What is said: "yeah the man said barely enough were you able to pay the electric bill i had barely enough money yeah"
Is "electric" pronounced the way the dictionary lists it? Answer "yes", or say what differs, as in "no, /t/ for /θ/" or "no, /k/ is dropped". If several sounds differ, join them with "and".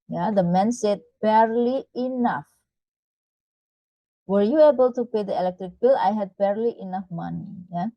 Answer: yes